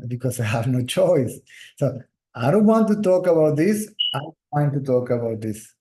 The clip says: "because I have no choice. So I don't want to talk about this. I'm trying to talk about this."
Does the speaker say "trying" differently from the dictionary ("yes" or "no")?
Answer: yes